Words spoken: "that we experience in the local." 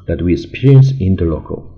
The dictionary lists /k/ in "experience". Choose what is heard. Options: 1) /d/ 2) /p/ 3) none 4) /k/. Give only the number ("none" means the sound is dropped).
3